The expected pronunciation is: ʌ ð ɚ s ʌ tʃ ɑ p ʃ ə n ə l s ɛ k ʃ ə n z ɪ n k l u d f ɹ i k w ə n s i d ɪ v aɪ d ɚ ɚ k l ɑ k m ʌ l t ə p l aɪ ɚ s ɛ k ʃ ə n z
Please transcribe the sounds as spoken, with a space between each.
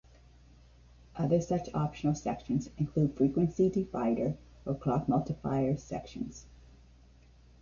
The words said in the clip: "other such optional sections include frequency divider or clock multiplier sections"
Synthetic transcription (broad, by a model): ʌ ð ɚ s ʌ tʃ ɑ p ʃ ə n l s ɛ k ʃ ə n z ɪ n k l u d f ɹ i k w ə n s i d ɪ f aɪ d ɚ ɚ k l ɑ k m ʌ l t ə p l aɪ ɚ s ɛ k ʃ ə n z